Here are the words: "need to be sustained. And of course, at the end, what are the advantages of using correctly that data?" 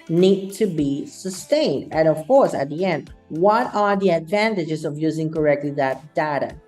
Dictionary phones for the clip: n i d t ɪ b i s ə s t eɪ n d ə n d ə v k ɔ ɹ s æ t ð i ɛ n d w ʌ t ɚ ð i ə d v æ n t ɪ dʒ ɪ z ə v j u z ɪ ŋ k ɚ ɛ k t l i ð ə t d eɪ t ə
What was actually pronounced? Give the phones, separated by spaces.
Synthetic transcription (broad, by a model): n i d t ɪ b i s ə s t eɪ n d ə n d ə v k ɔ ɹ s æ t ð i ɛ n d w ʌ t ɚ ð i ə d v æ n t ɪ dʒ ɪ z ə v j u z ɪ ŋ k ɚ ɛ k t l i ð ə t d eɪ t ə